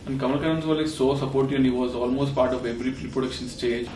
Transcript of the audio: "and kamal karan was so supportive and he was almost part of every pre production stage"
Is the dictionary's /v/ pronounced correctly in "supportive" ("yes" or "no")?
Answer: no